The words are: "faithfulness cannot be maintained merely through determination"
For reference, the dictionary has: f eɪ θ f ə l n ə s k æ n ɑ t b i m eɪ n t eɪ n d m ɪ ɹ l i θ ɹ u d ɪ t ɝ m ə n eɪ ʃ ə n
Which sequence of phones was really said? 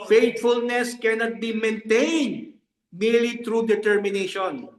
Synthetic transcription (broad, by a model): f eɪ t f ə l n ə s k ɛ n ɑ t b i m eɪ n t eɪ n d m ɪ ɹ l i t ɹ u d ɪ t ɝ m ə n eɪ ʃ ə n